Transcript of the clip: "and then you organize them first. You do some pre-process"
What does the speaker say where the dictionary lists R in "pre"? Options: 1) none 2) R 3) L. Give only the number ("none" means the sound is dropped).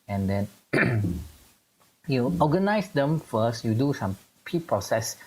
1